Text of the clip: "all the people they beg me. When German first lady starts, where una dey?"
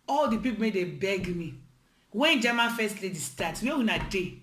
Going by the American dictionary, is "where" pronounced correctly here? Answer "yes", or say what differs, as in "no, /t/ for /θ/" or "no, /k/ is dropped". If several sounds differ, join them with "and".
no, /w/ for /ɹ/